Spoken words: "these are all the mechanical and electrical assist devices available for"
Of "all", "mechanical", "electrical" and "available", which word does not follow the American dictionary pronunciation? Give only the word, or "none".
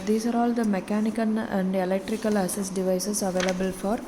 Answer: mechanical